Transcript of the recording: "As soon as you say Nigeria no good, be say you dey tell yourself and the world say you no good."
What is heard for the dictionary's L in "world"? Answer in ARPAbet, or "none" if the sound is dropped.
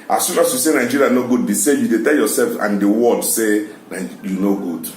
none